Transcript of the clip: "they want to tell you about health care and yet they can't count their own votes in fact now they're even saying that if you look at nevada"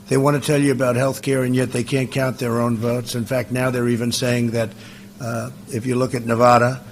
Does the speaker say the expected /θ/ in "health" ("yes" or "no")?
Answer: yes